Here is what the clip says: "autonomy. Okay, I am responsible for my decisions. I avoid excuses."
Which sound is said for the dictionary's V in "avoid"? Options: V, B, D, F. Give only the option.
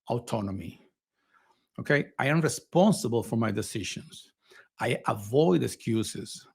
V